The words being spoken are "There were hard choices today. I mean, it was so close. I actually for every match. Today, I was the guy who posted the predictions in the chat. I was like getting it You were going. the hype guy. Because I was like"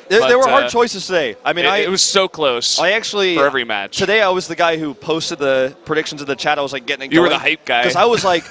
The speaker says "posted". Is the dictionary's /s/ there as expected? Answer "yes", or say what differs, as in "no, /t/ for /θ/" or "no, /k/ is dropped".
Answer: yes